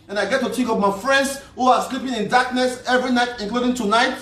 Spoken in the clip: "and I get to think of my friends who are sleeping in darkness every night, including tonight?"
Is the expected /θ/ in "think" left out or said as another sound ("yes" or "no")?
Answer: yes